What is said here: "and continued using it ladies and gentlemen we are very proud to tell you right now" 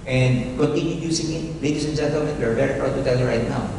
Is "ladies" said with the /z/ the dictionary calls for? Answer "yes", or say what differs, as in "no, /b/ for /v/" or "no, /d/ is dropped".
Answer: no, /s/ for /z/